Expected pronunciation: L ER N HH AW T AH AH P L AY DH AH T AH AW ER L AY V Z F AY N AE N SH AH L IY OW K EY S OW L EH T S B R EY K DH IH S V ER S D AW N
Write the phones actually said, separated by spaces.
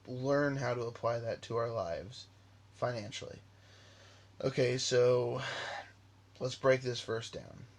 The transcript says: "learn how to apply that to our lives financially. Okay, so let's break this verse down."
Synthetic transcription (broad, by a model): L ER N HH AW T AH AH P L AY DH AH T AH AW ER L AY V Z F AY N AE N SH L IY OW K EY S OW L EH T S B R EY K DH IH S F ER S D AW N